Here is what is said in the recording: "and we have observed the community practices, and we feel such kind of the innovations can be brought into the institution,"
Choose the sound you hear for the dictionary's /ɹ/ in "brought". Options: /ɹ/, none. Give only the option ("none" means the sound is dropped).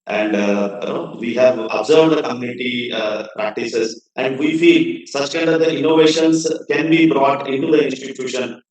/ɹ/